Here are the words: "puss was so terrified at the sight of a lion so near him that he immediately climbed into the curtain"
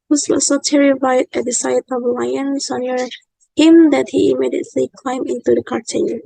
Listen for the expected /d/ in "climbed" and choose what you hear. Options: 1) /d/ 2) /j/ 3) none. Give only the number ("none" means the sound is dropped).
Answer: 3